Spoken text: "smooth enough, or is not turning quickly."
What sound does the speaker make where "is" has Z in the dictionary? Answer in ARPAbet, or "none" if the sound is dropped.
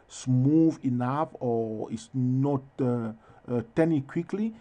S